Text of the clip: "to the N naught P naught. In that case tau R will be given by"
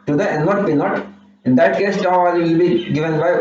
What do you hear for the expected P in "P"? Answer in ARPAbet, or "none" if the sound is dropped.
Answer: B